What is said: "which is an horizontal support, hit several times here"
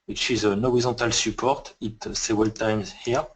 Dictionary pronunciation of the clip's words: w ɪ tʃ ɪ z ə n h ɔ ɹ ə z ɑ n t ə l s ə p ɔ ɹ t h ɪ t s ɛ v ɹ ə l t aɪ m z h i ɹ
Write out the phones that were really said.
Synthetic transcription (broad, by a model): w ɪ tʃ ɪ z ə n ɔ ɹ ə z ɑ t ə l s ə p ɔ ɹ t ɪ t s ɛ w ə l t aɪ m z h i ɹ